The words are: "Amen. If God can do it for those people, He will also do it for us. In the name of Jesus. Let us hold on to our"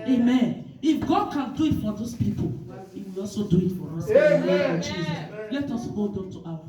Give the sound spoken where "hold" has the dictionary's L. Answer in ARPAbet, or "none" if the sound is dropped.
none